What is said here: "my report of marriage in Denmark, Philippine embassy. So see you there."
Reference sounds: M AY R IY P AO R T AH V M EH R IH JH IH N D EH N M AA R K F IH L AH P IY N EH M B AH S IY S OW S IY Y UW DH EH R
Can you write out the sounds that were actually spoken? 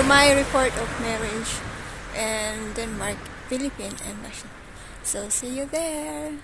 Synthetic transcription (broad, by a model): M AY R IY P AO R T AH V M EH R IH JH IH N D EH N M AA R K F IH L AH P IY N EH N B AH SH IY S OW S IY Y UW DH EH R